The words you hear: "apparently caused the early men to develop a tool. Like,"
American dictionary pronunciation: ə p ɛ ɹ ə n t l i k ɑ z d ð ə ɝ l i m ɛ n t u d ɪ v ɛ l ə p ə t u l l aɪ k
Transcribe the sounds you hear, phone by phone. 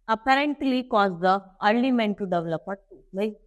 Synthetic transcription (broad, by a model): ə p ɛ ɹ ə n t l i k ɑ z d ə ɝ n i m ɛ n t u d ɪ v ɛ l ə p ə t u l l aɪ